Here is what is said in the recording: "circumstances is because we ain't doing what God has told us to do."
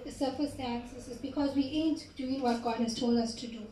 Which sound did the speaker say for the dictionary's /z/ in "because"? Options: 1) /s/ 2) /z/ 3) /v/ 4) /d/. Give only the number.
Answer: 2